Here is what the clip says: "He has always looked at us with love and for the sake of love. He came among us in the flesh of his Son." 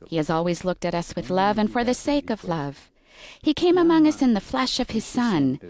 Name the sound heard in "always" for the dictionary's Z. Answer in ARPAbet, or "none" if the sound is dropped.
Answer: Z